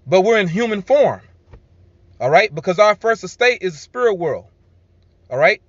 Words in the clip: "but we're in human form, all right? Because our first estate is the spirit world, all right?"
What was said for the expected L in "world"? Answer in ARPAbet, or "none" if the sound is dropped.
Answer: L